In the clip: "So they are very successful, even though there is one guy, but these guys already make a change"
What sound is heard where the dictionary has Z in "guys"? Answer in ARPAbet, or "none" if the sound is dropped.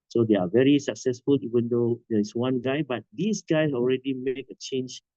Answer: none